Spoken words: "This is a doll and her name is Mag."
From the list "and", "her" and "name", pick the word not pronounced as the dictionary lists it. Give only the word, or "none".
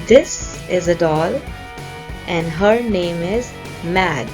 none